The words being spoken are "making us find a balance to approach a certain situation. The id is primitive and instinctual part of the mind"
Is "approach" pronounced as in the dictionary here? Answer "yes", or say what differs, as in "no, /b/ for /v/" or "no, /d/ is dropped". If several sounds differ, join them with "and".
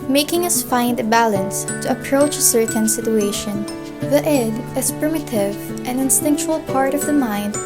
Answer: yes